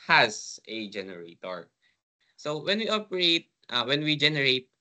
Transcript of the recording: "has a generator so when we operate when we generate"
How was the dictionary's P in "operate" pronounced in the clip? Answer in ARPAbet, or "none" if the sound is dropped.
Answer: P